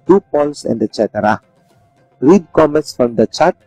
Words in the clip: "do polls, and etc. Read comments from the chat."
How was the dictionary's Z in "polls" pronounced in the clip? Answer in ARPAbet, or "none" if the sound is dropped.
S